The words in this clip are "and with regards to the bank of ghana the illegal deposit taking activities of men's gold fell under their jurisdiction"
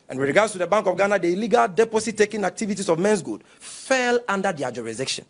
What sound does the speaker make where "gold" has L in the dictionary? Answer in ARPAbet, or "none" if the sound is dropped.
none